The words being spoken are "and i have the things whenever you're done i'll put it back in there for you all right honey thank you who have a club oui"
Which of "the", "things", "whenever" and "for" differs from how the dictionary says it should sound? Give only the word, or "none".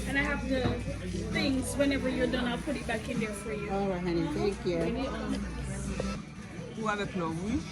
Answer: none